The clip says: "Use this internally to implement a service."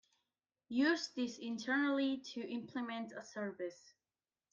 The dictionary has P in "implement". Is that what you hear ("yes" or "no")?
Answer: yes